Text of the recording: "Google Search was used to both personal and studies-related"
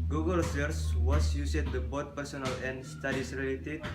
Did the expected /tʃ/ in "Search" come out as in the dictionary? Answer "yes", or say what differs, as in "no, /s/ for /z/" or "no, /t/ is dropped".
no, /s/ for /tʃ/